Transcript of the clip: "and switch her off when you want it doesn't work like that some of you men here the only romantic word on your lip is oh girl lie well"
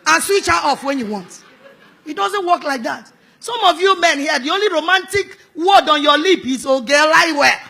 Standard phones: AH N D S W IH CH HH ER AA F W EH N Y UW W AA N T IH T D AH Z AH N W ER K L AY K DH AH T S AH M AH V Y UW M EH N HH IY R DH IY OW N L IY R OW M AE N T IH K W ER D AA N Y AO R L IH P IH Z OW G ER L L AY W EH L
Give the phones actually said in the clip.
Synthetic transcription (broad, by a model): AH N S W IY CH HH AA F W EH N Y UW W AA N T IH T D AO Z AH N W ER K L AY K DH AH T S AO M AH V Y UW M EH N HH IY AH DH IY OW N L IY R OW M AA N T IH K W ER D AA N Y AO L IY P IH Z OW G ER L L AY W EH